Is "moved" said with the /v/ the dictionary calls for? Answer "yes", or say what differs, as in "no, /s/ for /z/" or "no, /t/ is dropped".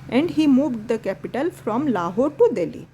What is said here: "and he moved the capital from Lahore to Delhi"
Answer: yes